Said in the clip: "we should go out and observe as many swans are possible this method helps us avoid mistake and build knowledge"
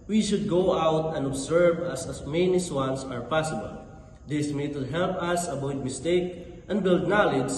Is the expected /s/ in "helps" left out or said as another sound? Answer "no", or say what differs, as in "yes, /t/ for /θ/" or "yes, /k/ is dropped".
yes, /s/ is dropped